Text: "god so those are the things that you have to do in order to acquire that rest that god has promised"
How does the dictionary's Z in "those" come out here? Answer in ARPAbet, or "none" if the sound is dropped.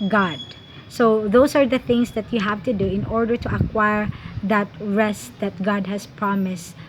S